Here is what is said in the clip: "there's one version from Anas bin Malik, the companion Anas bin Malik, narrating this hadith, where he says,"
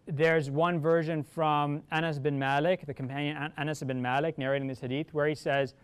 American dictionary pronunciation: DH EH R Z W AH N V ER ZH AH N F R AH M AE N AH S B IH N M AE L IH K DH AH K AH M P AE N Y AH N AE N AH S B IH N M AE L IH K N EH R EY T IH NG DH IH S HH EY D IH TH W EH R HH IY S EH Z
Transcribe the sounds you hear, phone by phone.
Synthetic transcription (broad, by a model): DH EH R Z W AH N V ER ZH AH N F R AH M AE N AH S B IH N M AE L IH K DH AH K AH M P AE N Y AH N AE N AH S B IH N M AE L IH K N EH R EY T IH NG DH IH S HH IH D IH TH W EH R HH IY S EH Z